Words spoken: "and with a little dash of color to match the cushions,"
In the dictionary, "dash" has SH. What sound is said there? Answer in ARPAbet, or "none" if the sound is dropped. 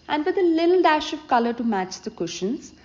SH